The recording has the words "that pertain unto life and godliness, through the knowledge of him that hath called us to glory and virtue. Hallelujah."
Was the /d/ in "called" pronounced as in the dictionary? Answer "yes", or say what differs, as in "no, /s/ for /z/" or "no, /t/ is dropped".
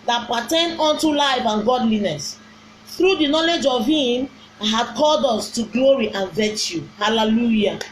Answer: yes